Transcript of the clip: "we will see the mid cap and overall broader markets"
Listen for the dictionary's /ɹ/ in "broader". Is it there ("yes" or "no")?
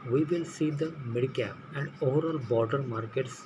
no